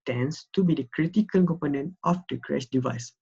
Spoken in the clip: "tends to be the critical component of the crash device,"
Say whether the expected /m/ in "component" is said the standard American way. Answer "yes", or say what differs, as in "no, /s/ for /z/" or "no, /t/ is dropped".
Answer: yes